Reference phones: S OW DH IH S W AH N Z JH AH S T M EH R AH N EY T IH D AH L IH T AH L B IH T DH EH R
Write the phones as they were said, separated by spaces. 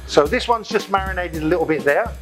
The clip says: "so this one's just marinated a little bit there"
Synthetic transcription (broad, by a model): S OW DH IH S W AH N Z JH AH S M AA R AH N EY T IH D AH L IH T L B IH T DH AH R